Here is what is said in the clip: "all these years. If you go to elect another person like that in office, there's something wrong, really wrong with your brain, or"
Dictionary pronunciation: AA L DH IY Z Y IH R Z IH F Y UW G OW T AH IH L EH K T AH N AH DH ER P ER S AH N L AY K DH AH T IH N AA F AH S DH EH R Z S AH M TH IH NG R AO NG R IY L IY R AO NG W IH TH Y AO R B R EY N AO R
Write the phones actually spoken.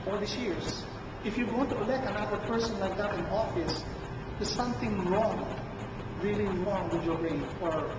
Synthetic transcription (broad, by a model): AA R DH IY S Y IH R S IH F Y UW G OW T AH IH L EH K T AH N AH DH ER P ER S AH N L AY K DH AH T IH N AA F AH S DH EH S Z S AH M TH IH NG R AO NG R IY L IY R AO NG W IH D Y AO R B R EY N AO R